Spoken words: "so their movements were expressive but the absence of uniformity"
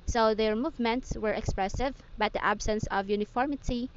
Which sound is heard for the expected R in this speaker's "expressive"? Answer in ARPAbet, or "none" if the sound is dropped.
R